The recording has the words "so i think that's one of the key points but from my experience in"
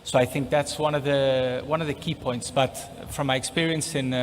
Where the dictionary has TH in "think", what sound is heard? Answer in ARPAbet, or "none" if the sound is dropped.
TH